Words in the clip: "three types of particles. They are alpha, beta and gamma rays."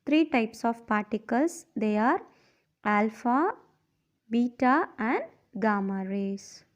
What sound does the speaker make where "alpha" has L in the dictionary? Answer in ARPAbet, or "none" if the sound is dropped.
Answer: L